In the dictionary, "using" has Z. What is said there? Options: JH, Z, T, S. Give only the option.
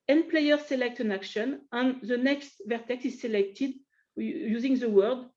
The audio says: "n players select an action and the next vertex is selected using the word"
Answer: Z